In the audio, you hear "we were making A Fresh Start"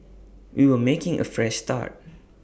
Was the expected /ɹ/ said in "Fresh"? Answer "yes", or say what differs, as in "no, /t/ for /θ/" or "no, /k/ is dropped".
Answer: yes